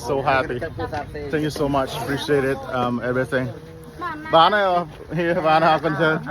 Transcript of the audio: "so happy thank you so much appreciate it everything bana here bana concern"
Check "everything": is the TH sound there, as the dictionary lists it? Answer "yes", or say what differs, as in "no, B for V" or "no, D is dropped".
yes